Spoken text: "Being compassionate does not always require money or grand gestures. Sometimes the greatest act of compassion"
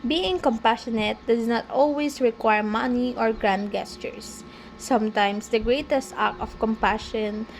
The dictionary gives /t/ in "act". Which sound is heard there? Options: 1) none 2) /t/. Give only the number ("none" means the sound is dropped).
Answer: 1